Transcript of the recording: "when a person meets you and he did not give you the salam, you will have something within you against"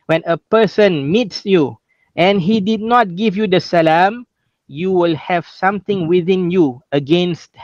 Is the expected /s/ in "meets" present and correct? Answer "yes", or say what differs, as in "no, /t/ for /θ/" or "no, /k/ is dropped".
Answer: yes